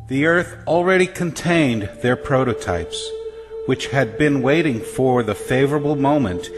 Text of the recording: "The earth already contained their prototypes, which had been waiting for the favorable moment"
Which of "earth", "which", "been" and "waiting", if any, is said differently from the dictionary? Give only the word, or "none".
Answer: none